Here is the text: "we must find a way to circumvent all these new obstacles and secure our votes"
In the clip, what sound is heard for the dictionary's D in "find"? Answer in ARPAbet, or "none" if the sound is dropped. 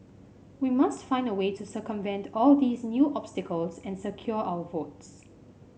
D